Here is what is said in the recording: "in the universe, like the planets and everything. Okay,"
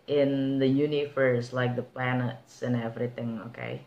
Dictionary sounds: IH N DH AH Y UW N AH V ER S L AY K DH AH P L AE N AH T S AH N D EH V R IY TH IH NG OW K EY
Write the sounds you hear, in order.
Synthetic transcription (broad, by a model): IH N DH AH Y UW N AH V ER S L AY K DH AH P L AE N AH T S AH N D EH V R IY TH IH NG OW K EY